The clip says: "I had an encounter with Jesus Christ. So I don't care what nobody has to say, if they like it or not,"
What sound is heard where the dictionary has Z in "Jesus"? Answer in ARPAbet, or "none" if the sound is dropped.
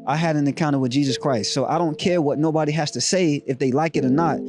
Z